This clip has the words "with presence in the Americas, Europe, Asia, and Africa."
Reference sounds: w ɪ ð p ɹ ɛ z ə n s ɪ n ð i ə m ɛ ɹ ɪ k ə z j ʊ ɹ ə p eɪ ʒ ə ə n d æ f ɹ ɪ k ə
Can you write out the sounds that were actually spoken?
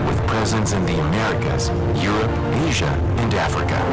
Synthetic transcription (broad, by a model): w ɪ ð p ɹ ɛ z ə n s ɪ n ð i ə m ɛ ɹ ɪ k ə z j ʊ ɹ ə p eɪ ʒ ə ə n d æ f ɹ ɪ k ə